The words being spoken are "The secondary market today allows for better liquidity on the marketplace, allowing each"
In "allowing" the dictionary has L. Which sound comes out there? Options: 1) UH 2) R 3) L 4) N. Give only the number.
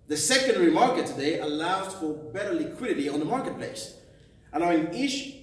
4